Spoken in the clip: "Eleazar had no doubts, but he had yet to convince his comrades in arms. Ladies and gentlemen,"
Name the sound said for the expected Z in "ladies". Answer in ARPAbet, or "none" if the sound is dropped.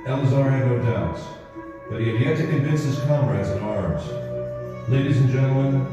Z